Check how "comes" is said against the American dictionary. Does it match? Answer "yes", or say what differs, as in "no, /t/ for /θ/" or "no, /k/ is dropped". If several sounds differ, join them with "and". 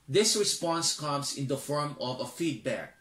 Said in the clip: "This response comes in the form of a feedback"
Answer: no, /s/ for /z/